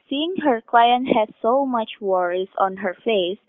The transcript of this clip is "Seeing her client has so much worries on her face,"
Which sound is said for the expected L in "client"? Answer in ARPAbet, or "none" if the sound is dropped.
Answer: L